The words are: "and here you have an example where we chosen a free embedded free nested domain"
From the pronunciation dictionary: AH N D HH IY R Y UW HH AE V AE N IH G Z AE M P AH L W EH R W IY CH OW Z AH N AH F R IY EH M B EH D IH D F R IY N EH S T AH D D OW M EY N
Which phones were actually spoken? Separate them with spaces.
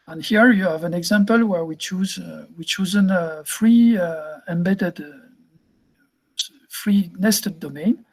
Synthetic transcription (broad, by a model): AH N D HH IY R Y UW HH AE V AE N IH G Z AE M P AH L W EH R W IY CH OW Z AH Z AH F R IY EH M B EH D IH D F R IY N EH S T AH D D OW M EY N